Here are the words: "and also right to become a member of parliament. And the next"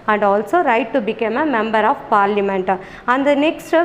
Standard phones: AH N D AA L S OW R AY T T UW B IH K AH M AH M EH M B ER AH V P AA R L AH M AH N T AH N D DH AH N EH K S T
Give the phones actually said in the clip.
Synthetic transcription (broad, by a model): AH N D AA L S OW R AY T T UW B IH K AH M AH M EH M B ER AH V P AA R L AH M AH N T AH N D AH N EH K S T